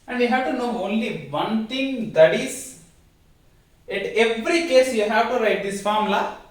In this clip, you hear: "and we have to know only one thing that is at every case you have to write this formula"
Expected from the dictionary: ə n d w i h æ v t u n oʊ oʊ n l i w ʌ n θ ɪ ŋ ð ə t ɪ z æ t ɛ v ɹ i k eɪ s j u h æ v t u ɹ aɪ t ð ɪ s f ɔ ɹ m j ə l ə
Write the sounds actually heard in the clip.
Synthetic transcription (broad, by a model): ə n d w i h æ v t u n oʊ oʊ n l i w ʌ n t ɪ ŋ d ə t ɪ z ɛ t ɛ v ɹ i k eɪ s j u h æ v t u ɹ aɪ t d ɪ s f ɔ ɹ m l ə